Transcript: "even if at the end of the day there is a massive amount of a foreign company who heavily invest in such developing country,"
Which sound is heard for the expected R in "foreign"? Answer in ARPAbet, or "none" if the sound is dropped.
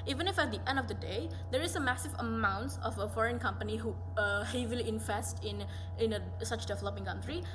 R